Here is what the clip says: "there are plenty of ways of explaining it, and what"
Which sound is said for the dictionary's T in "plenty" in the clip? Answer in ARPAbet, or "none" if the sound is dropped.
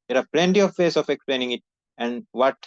T